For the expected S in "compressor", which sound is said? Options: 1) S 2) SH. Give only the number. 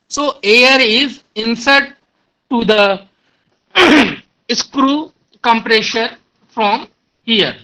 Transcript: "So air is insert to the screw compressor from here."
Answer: 2